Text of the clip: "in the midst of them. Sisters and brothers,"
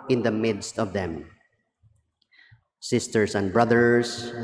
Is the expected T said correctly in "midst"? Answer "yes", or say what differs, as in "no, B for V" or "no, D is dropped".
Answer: yes